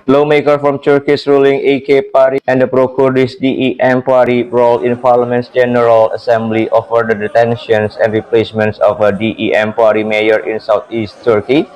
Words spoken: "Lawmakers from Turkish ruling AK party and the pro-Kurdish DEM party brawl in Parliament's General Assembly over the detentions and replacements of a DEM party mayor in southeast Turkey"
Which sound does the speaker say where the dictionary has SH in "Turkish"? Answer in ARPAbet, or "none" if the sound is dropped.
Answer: S